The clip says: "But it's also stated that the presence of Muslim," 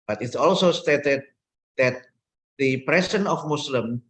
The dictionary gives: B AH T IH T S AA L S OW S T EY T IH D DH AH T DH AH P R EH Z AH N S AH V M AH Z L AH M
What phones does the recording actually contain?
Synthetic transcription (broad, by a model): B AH T IH T S AA L S OW S T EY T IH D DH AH T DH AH P R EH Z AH N AH F M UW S L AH M